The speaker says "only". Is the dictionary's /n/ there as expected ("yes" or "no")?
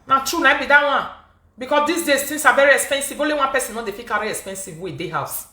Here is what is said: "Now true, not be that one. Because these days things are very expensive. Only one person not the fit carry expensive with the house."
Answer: no